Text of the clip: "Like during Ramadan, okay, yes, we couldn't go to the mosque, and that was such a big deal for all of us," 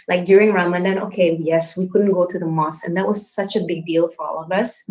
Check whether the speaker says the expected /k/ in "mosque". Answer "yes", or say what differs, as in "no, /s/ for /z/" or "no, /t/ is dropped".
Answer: no, /k/ is dropped